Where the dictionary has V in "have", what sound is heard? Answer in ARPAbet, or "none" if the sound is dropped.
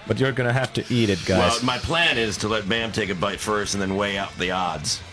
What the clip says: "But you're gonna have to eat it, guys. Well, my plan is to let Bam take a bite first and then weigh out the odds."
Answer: F